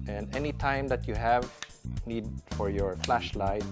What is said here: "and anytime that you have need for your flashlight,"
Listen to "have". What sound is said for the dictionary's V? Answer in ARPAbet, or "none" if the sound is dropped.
V